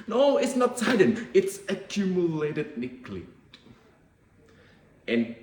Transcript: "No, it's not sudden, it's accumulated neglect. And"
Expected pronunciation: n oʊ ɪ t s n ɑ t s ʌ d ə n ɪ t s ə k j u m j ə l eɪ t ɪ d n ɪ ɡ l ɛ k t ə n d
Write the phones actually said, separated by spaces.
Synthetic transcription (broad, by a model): n oʊ ɪ t s n ɑ t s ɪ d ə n ɪ t s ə k j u m j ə l eɪ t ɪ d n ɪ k l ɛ t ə n